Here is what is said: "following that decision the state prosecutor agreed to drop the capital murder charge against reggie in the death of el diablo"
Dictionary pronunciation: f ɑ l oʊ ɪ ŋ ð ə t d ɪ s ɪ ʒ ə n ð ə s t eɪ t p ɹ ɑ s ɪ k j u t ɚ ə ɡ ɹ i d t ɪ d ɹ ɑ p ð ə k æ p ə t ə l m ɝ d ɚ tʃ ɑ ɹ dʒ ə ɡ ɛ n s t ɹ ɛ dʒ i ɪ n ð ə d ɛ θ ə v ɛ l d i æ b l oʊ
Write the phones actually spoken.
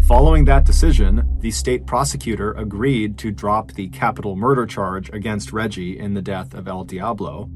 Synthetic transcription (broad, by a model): f ɑ l oʊ ɪ ŋ ð ə t d ɪ s ɪ ʒ ə n ð ə s t eɪ t p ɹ ɑ s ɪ k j u t ɚ ə ɡ ɹ i d t ɪ d ɹ ɑ p ð ə k æ p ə t l m ɝ d ɚ tʃ ɑ ɹ dʒ ə ɡ ɛ n s t ɹ ɛ dʒ i ɪ n ð ə d ɛ θ ə v ɛ l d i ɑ b l oʊ